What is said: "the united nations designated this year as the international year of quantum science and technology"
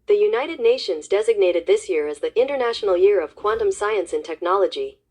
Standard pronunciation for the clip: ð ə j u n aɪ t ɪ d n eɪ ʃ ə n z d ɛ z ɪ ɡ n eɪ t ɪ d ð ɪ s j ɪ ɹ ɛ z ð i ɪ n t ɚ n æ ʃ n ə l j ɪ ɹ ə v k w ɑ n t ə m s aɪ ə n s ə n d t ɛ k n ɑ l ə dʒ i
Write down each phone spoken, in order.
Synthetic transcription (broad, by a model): ð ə j u n aɪ t ɪ d n eɪ ʃ ə n z d ɛ z ɪ ɡ n eɪ t ɪ d ð ɪ s j ɪ ɹ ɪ z ð i ɪ n t ɚ n æ ʃ n l j ɪ ɹ ə v k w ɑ n t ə m s aɪ ə n s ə n t ɛ k n ɑ l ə dʒ i